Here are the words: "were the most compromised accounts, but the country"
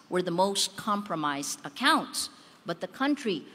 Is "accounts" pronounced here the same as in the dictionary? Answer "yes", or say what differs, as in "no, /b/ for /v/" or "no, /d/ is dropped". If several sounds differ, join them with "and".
yes